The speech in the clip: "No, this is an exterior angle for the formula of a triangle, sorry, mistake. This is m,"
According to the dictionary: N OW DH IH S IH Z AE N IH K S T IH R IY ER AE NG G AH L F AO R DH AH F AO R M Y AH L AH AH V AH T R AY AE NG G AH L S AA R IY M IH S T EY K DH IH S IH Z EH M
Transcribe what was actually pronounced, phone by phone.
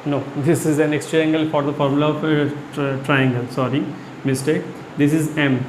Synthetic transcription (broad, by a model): N OW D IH S IH Z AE N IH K S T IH IY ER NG G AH L F AO R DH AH F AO R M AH L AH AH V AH T R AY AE NG G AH L S AA R IY M IH S T EY K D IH S IH Z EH M